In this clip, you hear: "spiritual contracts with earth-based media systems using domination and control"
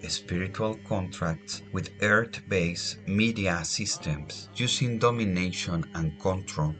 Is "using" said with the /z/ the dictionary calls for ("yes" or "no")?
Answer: no